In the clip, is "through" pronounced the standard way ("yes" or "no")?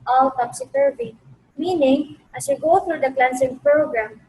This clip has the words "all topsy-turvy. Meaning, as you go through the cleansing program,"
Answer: no